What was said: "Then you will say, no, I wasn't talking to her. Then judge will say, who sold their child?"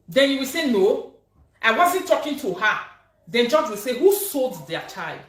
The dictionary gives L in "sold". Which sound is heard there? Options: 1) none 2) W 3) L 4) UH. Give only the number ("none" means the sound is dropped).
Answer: 3